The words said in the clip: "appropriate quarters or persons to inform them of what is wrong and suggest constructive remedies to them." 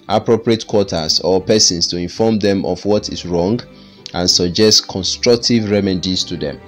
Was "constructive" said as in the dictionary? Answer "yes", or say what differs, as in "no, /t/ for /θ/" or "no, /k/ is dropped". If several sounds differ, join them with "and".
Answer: yes